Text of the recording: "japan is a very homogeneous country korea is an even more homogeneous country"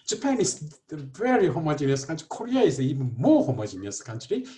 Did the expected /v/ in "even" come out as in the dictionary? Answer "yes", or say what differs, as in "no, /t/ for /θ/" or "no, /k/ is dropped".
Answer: no, /b/ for /v/